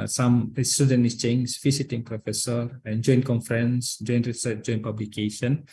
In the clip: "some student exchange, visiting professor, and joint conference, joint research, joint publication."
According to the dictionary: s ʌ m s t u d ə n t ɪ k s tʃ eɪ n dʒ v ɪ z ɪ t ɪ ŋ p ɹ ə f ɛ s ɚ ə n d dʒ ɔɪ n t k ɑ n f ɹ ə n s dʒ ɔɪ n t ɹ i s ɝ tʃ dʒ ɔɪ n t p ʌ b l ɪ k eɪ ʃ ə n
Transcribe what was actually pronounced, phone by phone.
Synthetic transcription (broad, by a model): s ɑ m s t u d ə n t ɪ s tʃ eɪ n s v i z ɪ t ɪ ŋ p ɹ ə f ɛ s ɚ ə n dʒ ɔɪ n k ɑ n f ɹ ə n s dʒ ɔɪ n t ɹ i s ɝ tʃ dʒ ɔɪ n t p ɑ b l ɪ k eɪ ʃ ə n